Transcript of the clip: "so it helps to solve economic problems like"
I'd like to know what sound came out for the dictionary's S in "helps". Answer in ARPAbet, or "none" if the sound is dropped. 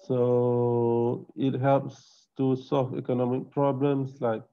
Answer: S